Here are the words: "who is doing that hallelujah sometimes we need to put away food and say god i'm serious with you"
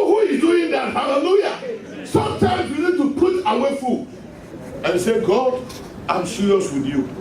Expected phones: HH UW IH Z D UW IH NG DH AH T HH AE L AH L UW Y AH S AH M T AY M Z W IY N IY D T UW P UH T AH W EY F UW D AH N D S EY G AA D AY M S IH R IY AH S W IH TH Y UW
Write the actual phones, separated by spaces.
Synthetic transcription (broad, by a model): HH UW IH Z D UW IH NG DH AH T HH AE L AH L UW Y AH S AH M T AY M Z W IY N IY D T UW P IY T AH W EY F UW AH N S EY G AA D AY M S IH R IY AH S W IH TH Y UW